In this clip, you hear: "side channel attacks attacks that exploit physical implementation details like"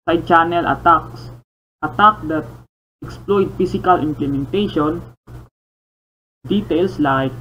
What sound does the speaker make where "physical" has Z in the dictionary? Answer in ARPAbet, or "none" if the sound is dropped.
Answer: S